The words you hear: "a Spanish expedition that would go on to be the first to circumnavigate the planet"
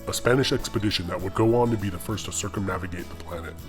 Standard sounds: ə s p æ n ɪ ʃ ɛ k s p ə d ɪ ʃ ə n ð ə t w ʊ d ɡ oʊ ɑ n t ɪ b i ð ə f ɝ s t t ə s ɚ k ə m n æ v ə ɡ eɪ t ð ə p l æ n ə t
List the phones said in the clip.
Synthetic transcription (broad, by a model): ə s p æ n ɪ ʃ ɛ k s p ə d ɪ ʃ ə n ð ə t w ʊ d ɡ oʊ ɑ n t ɪ b i ð ə f ɝ s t t ə s ɚ k ə m n æ v ə ɡ eɪ t ð ə p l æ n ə t